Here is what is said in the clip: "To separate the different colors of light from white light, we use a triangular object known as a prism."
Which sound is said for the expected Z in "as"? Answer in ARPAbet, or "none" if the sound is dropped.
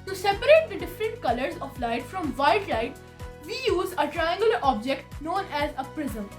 Z